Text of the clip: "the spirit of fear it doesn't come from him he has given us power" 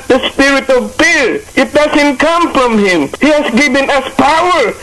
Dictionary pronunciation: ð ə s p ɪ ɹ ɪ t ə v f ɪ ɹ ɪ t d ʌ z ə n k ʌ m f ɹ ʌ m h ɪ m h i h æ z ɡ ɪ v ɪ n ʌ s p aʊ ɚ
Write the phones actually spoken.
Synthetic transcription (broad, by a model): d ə s p ɪ ɹ ɪ t ə v p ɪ ɹ ɪ t d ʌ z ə n k ʌ m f ɹ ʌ m h ɪ m h i h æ s ɡ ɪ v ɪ n ʌ s p aʊ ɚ